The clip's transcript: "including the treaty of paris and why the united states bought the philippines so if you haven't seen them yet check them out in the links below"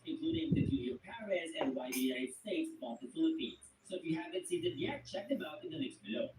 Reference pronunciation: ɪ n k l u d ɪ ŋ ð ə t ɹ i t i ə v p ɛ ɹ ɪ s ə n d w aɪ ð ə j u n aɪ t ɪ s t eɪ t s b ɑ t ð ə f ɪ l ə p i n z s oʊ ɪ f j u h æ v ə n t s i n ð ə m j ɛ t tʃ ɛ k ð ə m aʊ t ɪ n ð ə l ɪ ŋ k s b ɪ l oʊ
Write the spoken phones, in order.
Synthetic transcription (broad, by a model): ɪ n k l u d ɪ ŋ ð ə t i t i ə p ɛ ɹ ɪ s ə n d w aɪ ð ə j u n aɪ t s t eɪ t s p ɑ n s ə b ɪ l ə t i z s oʊ ɪ f j u h æ v ə n t s i n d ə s j ɛ t tʃ ɛ k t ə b aʊ t ɪ n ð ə n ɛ k s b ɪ l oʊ